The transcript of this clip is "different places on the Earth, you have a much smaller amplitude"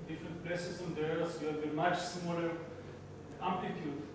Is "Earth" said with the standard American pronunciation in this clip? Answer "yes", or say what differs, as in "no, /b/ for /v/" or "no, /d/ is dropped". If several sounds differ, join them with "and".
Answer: no, /s/ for /θ/